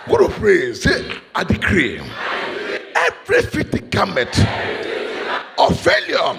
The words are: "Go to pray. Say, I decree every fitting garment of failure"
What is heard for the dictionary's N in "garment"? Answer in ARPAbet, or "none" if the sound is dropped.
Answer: none